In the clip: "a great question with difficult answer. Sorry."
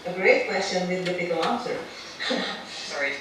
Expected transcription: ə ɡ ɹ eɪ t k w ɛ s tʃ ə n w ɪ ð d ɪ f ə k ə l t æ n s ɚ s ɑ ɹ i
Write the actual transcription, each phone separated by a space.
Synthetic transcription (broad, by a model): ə ɡ ɹ eɪ t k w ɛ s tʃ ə n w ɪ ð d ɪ p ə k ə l æ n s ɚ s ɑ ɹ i